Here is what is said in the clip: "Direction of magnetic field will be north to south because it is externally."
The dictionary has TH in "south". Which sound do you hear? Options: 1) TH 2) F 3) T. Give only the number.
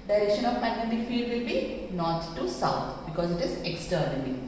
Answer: 3